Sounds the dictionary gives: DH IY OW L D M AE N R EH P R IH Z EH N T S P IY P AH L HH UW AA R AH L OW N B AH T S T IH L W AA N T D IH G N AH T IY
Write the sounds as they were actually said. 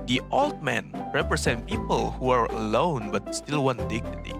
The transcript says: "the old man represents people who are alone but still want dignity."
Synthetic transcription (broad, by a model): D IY OW L D M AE N R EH P R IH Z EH N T P IY P AH L HH UW AA R AH L OW N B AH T S T IH L W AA N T D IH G N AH T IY